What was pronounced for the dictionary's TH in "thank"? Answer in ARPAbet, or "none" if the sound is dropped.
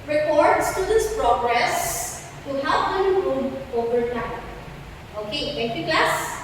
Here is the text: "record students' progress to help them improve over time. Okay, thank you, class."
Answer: T